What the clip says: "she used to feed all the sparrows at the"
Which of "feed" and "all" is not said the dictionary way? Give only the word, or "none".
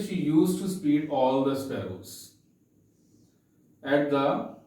feed